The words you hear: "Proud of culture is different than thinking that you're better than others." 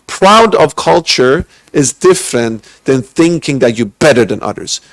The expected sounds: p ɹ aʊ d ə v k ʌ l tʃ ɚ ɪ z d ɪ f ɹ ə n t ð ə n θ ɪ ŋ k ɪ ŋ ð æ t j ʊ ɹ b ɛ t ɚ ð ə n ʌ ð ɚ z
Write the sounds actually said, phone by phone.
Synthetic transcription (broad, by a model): p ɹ aʊ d ə v k ʌ l tʃ ɚ ɪ z d ɪ f ɹ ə n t ð ə n θ ɪ ŋ k ɪ ŋ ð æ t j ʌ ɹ b ɛ t ɚ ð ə n ʌ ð ɚ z